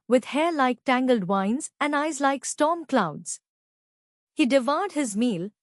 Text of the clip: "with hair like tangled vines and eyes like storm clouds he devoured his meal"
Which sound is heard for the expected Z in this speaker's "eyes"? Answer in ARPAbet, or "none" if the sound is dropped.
Z